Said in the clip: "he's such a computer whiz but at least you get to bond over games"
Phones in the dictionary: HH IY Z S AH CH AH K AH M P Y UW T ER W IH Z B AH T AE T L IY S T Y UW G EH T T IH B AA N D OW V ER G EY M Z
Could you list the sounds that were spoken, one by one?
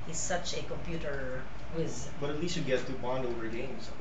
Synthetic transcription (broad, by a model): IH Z S AH CH AH K AH M P Y UW T ER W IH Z B AH T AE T L IY S T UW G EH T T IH B AA N D OW V ER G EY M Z